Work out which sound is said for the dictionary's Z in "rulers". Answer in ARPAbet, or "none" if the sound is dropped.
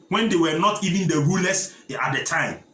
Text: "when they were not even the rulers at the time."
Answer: S